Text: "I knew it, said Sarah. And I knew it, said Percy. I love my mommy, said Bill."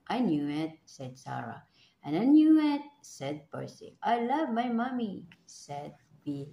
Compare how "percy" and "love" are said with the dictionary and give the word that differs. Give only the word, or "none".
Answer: percy